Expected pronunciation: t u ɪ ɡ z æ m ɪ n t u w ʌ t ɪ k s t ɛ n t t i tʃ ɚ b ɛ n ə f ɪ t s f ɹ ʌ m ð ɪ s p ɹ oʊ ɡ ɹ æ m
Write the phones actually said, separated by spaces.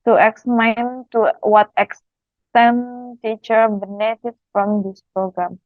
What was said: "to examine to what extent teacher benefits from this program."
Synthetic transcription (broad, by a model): t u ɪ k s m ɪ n t u w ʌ t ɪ k s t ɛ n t t i tʃ ɚ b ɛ n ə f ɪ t f ɹ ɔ m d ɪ s p ɹ oʊ ɡ ɹ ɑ m